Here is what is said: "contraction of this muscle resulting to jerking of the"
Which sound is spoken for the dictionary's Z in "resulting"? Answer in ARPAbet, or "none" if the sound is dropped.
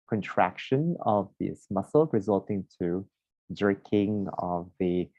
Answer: Z